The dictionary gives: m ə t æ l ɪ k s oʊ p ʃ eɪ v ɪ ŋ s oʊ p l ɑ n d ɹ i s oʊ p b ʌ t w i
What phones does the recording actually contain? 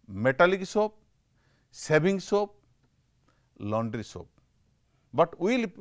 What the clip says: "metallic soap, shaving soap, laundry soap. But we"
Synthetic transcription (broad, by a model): m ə t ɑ l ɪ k s oʊ p s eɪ b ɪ ŋ s oʊ p l ɑ n d ɹ i s oʊ p b ʌ t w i